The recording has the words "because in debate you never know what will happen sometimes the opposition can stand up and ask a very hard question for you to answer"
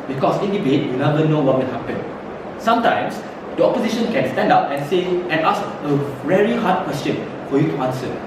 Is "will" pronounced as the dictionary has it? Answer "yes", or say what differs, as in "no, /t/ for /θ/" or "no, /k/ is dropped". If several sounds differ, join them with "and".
no, /n/ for /l/